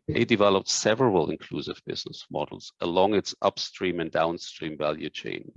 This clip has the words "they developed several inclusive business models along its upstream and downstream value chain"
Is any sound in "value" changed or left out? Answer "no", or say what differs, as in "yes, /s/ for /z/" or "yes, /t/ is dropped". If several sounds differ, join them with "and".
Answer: no